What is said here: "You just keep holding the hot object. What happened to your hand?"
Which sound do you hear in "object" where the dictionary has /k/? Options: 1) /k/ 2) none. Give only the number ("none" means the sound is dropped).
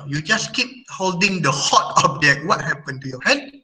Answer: 2